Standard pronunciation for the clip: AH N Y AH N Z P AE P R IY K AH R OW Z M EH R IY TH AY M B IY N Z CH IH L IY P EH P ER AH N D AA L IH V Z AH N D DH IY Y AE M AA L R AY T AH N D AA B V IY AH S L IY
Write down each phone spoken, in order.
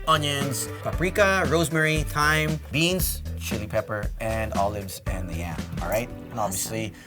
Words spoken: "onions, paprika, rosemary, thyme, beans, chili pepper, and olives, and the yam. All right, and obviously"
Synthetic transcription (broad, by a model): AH N Y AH N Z P AE P R IY K AH R OW Z M EH R IY T AY M B IY N Z CH IH L IY P EH P ER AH N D AA L IH V Z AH N DH IY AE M AA L R AY T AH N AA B V IY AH S L IY